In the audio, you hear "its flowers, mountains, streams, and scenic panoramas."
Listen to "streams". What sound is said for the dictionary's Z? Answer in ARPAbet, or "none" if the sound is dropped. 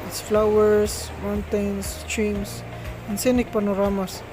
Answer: S